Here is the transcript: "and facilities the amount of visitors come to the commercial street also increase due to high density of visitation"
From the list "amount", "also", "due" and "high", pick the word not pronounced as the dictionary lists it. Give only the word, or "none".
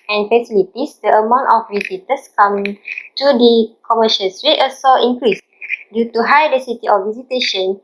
also